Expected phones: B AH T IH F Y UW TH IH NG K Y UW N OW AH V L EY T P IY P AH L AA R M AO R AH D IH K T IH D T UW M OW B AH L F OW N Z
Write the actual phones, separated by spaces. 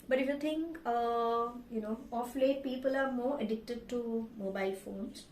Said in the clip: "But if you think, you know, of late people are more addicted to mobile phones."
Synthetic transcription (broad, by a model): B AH T IH F Y UW T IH NG K Y UW N OW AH F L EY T P IY P AH L AA R M AO R AH D IH K T IH D T UW M OW B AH L F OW N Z